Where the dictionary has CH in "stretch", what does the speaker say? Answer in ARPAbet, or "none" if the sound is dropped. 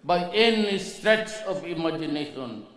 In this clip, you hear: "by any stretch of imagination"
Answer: S